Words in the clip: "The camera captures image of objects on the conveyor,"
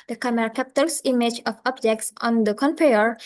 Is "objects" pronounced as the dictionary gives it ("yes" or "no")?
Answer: yes